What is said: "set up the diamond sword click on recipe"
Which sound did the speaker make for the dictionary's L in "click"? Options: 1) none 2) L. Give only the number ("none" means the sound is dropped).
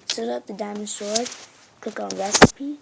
1